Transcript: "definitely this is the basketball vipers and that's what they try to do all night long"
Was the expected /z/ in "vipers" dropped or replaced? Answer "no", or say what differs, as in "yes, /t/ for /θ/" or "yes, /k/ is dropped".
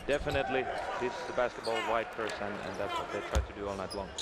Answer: yes, /s/ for /z/